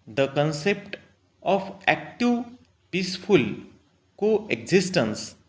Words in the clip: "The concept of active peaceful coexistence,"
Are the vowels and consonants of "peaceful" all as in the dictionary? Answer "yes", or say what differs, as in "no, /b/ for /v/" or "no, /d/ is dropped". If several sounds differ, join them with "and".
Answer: no, /p/ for /f/